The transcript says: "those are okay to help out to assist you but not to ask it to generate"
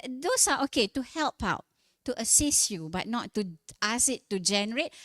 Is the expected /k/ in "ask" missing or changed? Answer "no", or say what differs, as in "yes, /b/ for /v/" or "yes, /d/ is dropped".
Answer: yes, /k/ is dropped